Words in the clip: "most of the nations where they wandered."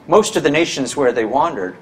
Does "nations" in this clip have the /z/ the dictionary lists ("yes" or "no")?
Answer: yes